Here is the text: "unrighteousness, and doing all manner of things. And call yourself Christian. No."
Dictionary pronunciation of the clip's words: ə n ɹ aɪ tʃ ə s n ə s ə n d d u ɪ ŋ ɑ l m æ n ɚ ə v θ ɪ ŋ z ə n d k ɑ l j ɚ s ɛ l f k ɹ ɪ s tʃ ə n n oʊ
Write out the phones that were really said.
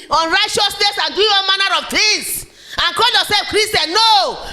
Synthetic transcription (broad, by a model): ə n ɹ aɪ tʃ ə s n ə s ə n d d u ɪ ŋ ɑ n m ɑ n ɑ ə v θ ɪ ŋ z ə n k ɑ l j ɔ s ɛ l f k ɹ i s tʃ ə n n oʊ